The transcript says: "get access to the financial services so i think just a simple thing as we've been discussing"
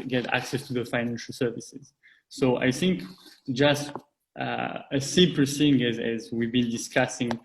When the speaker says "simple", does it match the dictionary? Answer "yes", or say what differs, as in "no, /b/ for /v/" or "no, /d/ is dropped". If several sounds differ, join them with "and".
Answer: no, /m/ is dropped